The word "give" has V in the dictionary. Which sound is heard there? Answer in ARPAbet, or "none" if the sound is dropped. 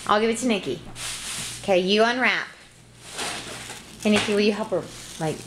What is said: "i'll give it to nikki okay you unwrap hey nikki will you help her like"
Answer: V